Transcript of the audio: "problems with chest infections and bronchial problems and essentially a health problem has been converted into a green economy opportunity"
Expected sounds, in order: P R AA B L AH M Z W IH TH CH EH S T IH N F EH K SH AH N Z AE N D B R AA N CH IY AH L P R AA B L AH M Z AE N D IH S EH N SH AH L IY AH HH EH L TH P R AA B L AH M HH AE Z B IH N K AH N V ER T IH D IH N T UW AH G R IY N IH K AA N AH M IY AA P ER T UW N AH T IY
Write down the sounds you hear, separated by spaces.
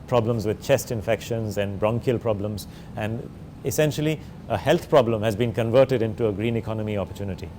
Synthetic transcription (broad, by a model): P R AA B L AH M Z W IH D CH EH S T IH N F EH K SH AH N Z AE N D B R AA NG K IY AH L P R AA B L AH M Z AE N D IH S EH N SH AH L IY AH HH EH L T P R AA B L AH M HH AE Z B IH N K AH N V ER T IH D IH N T UW AH G R IY N IH K AA N AH M IY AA P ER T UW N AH T IY